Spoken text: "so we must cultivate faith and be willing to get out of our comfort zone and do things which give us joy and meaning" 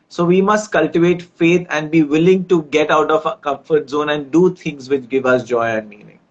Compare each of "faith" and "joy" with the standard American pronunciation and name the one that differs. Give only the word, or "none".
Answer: faith